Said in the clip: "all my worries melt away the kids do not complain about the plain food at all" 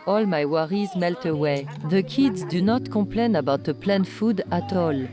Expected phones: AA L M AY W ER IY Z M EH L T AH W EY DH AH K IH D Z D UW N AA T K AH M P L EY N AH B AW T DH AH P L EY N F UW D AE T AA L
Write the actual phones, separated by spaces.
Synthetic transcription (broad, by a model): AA L M AY W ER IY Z M EH L T AH W EY DH AH K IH D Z D UW N AA T K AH P L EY N AH B AW T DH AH P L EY N F UW D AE T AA L